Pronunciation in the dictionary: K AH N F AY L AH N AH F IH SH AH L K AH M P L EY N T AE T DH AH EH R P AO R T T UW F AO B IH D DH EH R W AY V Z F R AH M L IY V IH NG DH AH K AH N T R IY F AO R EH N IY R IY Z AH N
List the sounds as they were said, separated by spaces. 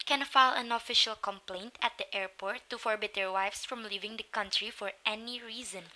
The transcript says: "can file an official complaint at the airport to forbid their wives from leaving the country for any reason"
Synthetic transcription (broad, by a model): K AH N F AY L AH N AH F IH SH AH L K AH M P L EY N T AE T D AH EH R P AO R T T UW F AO B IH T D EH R W AY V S F R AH M L IY V IH NG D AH K AH N T R IY F AO R EH N IY R IY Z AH N